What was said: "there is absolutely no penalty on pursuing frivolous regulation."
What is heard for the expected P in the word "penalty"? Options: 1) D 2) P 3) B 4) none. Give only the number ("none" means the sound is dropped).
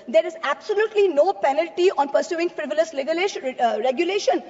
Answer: 2